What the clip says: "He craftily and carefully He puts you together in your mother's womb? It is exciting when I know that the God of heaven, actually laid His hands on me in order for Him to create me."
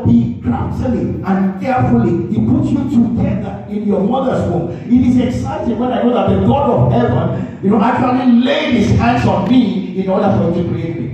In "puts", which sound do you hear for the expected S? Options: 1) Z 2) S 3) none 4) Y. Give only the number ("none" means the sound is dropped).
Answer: 3